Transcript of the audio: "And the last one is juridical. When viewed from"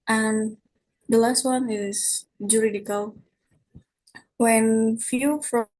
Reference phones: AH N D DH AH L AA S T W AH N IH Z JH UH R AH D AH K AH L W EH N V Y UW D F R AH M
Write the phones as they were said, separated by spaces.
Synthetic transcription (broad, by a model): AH N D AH L AA S T W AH N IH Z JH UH R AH D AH K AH L W EH N F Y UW F R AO